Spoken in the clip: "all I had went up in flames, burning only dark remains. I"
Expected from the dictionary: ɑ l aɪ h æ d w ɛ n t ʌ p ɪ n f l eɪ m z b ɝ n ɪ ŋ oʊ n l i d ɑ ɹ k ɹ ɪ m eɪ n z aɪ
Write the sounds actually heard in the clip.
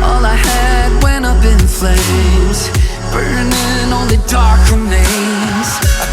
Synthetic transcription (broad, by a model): ɑ l aɪ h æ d w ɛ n ʌ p ɪ n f l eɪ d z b ɝ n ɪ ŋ oʊ n l i d ɑ ɹ k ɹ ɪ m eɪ z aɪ